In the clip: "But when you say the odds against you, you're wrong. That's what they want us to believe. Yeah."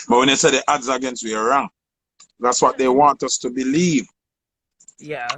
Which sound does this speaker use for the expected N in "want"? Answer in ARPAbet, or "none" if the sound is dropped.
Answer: N